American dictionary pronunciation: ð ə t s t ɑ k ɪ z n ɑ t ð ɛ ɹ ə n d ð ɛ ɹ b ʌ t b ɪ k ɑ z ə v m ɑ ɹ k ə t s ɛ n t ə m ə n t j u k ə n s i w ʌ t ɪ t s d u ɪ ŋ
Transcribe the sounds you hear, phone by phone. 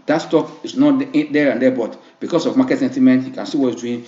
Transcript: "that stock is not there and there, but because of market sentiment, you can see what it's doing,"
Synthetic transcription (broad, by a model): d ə t s t ɑ k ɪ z n ɑ t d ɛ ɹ ə n d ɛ b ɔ t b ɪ k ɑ s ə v m ɑ k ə t s ɛ n t ə m ə n t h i k ə n s i w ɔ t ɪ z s d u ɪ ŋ